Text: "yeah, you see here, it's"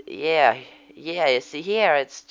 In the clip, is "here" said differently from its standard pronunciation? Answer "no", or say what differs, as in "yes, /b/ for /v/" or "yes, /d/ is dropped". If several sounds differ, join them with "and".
no